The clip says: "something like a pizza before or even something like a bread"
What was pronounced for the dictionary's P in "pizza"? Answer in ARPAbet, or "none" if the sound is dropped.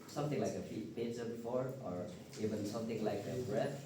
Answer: F